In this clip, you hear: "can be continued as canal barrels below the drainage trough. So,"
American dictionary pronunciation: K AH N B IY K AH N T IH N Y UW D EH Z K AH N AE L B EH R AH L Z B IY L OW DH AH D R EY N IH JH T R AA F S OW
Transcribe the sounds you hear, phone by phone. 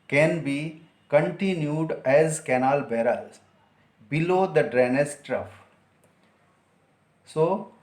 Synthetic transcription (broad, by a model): K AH N B IY K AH N T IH N Y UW D EH Z K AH N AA L B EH R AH L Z B IY L OW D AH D R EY N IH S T R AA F S OW